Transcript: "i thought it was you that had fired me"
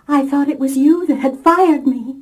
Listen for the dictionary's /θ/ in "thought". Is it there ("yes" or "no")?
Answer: yes